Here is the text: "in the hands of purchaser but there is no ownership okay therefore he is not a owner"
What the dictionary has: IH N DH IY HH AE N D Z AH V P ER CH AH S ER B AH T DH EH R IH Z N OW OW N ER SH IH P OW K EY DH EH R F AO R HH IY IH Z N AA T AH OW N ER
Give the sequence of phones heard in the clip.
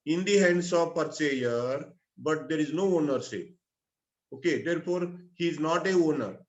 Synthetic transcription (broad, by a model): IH N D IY HH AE N D S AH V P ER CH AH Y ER B AH T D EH R IH Z N OW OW N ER S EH OW K EY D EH R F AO R HH IY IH Z N AA T AH OW N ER